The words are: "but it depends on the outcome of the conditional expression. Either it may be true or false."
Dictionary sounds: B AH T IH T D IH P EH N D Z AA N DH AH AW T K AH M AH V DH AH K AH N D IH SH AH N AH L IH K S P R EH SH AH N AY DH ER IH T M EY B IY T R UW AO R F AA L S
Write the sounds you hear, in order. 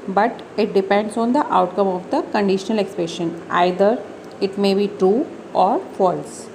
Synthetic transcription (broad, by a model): B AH T IH T D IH P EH N D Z AA N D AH AW T K AH M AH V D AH K AH N D IH SH AH N AH L IH K S P R EH SH AH N AY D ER IH T M EY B IY T R UW AO R F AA L S